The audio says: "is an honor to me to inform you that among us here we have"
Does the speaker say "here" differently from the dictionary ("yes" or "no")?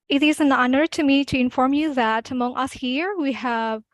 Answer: no